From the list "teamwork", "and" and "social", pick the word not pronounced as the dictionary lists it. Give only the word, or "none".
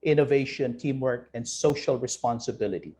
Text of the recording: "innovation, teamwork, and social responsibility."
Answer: none